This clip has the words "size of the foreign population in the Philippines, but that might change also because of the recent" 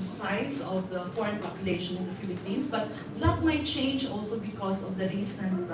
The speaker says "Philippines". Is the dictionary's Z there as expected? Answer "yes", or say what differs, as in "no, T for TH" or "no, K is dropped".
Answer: no, S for Z